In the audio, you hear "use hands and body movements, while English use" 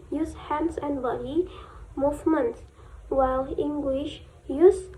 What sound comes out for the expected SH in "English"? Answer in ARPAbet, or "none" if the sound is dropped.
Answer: SH